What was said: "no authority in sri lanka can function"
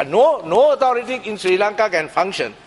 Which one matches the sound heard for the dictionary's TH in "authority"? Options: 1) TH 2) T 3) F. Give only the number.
2